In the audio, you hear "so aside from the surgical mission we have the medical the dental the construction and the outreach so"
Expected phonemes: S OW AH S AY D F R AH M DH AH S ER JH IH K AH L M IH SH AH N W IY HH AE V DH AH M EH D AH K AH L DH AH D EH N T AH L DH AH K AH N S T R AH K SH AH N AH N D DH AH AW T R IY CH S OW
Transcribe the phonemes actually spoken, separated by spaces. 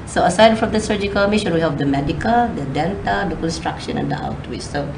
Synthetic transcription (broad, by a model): S OW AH S AY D F R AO M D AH S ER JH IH K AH L M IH SH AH N W IY HH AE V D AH M EH D AH K AH L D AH D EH N T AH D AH K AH N S T R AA K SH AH N AH N D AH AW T W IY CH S OW